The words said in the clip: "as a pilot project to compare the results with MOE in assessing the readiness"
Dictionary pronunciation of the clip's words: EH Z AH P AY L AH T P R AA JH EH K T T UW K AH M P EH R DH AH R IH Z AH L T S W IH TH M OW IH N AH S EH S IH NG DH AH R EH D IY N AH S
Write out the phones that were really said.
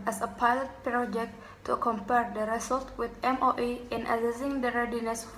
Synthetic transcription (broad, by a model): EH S AH P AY L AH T P R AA JH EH K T T UW K AH M P EH R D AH R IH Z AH L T W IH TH M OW IH N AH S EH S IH NG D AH R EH D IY N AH S